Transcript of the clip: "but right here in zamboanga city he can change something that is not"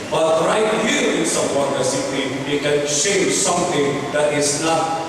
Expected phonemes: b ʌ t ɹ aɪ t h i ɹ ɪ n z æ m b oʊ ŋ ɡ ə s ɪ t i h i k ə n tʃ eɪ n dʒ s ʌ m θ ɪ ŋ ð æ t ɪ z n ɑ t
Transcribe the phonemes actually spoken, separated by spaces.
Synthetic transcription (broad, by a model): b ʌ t ɹ aɪ t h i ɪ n s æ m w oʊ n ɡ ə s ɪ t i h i k ə n ʃ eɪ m s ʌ m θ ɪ ŋ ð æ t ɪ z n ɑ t